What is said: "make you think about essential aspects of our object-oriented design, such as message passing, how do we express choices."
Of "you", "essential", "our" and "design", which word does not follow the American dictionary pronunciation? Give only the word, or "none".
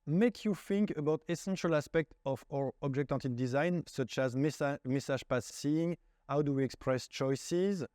none